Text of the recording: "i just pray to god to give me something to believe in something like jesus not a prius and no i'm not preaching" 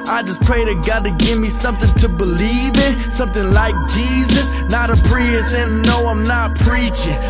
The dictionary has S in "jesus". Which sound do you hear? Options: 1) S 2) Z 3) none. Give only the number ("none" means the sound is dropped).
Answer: 1